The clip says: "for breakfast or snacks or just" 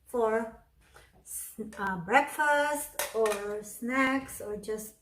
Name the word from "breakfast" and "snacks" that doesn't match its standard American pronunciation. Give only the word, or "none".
none